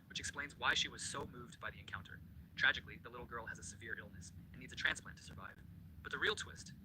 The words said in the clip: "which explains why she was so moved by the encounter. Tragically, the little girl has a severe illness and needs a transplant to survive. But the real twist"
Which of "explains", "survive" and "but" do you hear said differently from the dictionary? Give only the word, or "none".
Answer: none